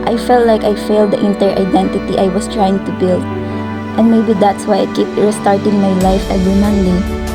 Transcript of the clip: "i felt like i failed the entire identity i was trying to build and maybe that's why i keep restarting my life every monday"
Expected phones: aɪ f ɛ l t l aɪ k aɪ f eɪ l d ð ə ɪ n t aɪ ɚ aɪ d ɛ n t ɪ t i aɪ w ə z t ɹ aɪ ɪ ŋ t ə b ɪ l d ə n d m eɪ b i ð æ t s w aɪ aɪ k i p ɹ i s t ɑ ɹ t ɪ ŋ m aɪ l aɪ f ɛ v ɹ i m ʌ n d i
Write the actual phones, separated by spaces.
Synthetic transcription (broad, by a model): aɪ f ɛ l t l aɪ k aɪ f eɪ l d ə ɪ n t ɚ aɪ d ɛ n t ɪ t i aɪ w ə s t ɹ aɪ ɪ ŋ t ə b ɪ l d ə n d m eɪ b i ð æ t s w aɪ aɪ k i p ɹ s t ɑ ɹ t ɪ ŋ m aɪ l aɪ f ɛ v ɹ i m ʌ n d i